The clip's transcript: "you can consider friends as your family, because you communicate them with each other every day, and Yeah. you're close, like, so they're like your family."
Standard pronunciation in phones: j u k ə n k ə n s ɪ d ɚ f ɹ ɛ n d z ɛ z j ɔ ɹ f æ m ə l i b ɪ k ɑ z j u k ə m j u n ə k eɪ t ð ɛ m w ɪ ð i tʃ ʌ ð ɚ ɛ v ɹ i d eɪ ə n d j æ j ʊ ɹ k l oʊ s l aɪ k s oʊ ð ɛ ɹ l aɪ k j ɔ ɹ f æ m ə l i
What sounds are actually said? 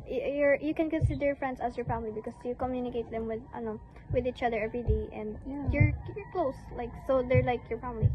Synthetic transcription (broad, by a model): j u k ə n k ə n s ɪ d ɚ f ɹ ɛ n d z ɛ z j ɔ ɹ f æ m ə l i b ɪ k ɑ s j u k ə m j u n ə k eɪ t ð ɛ m w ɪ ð i tʃ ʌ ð ɚ ɛ v ɹ i d eɪ ə n d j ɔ j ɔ ɹ k l oʊ s l aɪ k s oʊ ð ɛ ɹ l aɪ k j ɔ ɹ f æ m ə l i